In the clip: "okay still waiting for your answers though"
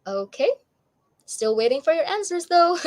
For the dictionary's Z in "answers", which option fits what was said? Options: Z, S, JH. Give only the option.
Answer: Z